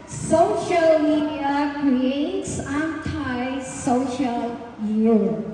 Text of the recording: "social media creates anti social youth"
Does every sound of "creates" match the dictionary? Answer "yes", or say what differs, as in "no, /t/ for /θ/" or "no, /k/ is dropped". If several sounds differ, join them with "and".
yes